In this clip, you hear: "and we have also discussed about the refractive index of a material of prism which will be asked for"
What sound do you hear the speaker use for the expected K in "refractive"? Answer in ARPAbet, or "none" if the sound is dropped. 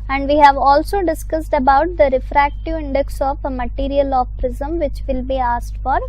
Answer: K